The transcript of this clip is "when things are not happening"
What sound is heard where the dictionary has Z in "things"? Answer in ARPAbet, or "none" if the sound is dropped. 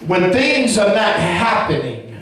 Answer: Z